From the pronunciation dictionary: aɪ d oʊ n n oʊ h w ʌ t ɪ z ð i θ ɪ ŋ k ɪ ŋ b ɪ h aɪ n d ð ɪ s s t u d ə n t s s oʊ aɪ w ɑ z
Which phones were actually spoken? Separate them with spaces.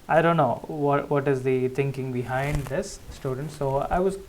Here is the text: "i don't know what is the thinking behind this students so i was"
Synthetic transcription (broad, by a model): aɪ d oʊ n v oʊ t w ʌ t ɪ z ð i t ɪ ŋ k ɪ ŋ b ɪ h aɪ n d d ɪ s s t u d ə n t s s oʊ aɪ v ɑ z